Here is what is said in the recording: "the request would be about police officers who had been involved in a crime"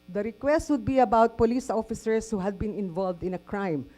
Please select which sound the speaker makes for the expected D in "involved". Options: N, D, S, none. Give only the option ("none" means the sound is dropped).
D